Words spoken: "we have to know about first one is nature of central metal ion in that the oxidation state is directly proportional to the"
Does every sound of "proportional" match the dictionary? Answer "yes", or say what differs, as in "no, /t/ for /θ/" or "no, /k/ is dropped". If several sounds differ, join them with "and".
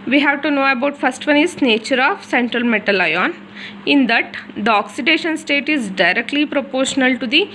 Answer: yes